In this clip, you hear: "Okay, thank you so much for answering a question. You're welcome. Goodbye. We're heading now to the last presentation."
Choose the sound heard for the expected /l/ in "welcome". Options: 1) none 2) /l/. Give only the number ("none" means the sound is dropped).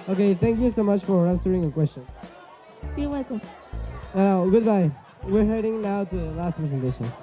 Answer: 1